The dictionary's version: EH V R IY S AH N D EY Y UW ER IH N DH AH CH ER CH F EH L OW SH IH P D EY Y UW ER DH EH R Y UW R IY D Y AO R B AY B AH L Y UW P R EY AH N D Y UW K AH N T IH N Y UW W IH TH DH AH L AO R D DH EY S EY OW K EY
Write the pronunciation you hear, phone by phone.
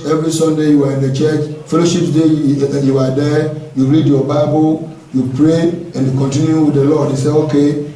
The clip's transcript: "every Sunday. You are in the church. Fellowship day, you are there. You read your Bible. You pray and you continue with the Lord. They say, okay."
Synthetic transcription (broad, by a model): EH V R IY S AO N D EY Y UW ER IH N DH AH CH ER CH F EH L OW SH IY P D EY Y UW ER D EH Y UW R IY D Y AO B AY B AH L Y UW P R EY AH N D Y UW K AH N T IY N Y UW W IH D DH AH L AO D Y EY S EY OW K EY